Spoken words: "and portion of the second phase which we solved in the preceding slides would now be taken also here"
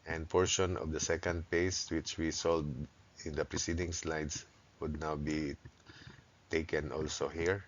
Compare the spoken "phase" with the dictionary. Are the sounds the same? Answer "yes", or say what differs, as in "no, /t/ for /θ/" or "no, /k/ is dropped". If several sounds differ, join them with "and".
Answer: no, /p/ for /f/ and /s/ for /z/